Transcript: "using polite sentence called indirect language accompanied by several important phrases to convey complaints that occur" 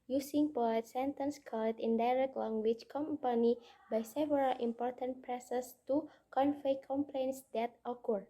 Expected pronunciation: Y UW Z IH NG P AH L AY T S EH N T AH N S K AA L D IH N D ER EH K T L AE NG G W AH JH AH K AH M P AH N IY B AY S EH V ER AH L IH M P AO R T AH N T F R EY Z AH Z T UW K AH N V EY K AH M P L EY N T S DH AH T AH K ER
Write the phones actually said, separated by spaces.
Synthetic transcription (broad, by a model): Y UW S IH NG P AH AY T S EH N T AH N S K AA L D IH N D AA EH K T L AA NG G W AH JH K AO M P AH N IY B AY S EH V ER AH L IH M P AO R T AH N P R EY S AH S T UW K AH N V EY K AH M P L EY N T S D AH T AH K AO